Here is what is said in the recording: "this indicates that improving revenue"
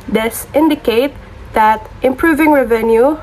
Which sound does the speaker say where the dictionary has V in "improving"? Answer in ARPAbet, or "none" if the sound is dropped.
V